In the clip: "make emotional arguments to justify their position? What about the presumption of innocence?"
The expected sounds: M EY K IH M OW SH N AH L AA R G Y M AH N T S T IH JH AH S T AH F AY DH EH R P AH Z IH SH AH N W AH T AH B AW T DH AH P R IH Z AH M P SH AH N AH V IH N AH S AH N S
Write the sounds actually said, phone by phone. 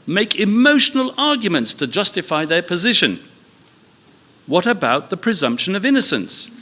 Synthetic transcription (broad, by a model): M EY K IH M OW SH N AH L AA R G Y M AH N T S T IH JH AH S T AH F AY DH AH R P AH Z IH SH AH N W AH T AH B AW T DH AH P R IH Z AH M P SH AH N AH V IH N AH S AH N S